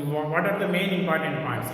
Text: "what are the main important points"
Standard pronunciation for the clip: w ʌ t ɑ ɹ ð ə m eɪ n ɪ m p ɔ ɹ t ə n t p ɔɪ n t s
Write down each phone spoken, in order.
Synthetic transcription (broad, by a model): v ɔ t ɑ ɹ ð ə m eɪ n ɪ m p ɔ ɹ t ə n t p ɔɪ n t s